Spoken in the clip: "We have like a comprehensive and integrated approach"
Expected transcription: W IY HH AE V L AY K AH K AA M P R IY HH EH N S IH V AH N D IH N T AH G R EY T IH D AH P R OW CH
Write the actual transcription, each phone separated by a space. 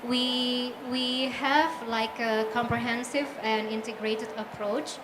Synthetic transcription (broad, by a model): W IY HH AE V L AY K AH K AA M P R IY HH EH N S IH V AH N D IH N T AH G R EY T IH D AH P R OW CH